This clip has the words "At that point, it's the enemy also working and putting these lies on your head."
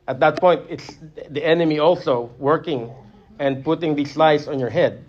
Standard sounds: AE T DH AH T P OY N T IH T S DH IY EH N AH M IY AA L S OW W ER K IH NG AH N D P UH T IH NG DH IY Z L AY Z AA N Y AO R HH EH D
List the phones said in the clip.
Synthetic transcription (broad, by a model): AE T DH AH T P OY N T IH T S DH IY EH N AH M IY AA L S OW W ER K IH NG AH N D P UH T IH NG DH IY S L AY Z AA N Y AO R HH EH D